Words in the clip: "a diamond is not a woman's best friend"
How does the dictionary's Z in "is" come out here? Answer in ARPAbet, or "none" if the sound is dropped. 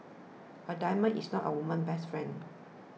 S